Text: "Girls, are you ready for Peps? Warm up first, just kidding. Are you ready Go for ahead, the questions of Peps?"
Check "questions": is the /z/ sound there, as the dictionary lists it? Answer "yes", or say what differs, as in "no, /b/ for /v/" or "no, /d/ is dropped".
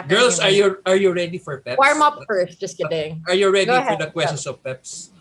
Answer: no, /s/ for /z/